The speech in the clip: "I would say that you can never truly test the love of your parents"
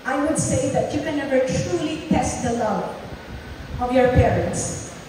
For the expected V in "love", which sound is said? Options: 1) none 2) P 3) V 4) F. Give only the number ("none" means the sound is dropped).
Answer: 1